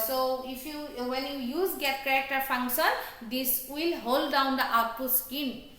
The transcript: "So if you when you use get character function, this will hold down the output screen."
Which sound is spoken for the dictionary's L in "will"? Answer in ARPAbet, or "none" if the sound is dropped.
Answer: L